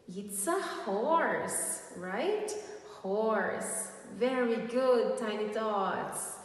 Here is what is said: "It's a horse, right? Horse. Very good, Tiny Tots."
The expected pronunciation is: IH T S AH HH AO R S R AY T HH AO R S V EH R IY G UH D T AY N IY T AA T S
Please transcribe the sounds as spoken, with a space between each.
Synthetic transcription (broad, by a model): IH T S AH HH AO R S R AY T HH AO R S V EH R IY G UH D T AY N IY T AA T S